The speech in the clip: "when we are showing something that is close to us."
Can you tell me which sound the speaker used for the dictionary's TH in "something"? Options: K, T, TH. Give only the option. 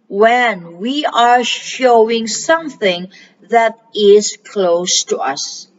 TH